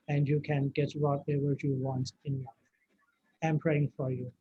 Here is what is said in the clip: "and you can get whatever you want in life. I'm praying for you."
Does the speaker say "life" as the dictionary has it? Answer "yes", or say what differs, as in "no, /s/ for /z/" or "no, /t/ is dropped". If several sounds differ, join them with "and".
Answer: no, /f/ is dropped